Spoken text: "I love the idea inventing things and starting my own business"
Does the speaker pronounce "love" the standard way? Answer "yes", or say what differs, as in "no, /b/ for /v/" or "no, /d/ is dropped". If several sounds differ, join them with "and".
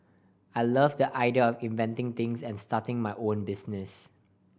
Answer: yes